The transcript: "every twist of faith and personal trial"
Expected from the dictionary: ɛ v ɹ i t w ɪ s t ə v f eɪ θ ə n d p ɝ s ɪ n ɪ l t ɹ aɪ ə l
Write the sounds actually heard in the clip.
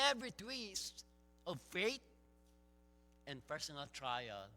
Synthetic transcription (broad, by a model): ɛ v ɹ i t w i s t ə v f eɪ t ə n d p ɝ s ɪ n ɪ l t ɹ aɪ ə l